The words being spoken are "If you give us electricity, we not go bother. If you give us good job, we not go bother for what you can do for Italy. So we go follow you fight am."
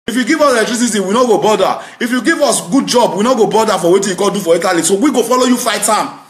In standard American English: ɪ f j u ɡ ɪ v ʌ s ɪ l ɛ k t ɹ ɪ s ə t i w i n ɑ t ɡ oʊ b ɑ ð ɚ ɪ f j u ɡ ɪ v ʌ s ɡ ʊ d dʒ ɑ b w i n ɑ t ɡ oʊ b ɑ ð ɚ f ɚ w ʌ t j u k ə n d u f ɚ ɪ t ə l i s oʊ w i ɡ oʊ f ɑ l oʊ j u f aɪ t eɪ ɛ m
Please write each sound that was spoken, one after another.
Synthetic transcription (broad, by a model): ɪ f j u ɡ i v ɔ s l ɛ t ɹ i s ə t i w i n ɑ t ɡ oʊ b ɑ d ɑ ɪ f j u ɡ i v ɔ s ɡ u d dʒ ɑ b w i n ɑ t ɡ oʊ b ɑ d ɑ f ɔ w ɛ t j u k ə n d u f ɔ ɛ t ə l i s oʊ w i ɡ oʊ f ɑ l oʊ j u f aɪ t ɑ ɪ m